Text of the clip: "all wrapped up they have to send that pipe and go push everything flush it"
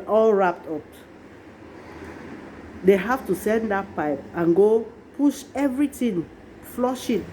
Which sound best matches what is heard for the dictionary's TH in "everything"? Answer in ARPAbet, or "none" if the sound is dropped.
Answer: T